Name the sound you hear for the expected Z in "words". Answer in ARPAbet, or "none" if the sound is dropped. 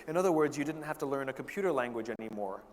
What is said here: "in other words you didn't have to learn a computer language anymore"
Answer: Z